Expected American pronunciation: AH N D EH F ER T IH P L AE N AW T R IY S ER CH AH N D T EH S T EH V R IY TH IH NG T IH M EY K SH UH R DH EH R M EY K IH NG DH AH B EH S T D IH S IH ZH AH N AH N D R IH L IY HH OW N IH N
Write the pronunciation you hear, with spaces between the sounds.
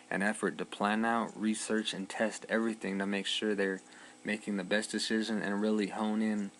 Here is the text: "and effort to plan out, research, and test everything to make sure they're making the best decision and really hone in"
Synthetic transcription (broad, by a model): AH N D EH F ER T IH P L AE N AW T R IY S ER CH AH N T EH S T EH V R IY TH IH NG T IH M EY K SH UH R DH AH R M EY K IH NG DH AH B EH S D IH S IH ZH AH N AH N R IH L IY HH OW N IH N